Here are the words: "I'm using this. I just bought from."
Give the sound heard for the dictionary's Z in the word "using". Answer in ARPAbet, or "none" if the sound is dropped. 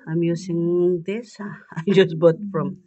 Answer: S